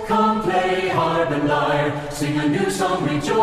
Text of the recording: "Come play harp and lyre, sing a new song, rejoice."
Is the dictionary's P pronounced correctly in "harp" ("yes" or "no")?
no